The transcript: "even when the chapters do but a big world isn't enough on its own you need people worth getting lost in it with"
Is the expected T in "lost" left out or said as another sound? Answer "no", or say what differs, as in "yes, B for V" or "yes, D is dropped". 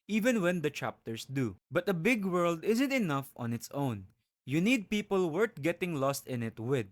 no